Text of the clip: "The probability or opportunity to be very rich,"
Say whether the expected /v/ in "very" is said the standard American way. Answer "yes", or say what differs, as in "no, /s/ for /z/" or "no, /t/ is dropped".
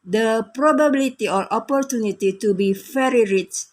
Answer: no, /f/ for /v/